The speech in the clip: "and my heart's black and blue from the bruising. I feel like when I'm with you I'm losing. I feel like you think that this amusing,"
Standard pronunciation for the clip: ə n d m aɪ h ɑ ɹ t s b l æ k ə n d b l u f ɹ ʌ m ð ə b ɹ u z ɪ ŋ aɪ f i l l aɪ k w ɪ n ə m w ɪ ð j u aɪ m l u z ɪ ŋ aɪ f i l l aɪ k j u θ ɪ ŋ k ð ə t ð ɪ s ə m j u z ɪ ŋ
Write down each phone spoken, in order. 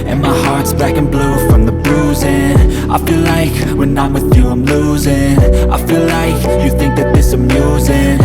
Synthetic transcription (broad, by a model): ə n m aɪ h ɑ ɹ t s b æ k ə n b l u f ɹ ʌ m ð ə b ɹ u z ɪ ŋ aɪ f i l l aɪ k w ɪ n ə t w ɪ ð j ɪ aɪ m l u z ɪ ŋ aɪ f i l l aɪ k j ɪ θ ɪ ŋ k ð ə t ð ɪ s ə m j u z ɪ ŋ